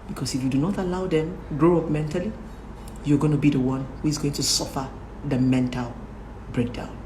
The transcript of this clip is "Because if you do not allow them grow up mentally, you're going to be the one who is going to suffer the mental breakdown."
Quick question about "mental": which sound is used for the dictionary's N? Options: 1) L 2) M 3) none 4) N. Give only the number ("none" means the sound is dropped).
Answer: 4